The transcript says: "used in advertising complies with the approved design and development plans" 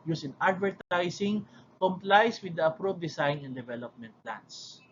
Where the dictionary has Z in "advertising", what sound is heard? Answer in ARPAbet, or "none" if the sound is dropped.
S